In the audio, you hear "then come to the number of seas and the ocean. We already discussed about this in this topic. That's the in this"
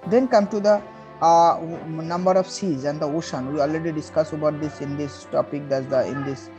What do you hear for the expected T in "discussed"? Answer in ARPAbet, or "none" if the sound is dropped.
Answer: none